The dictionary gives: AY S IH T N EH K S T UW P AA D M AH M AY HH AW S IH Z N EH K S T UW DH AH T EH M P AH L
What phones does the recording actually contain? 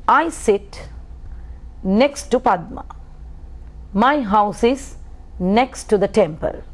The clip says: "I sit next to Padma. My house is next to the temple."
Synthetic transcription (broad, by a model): AY S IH T N EH K S T UW P AA D M AH M AY HH AW S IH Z N EH K S T UW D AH T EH M P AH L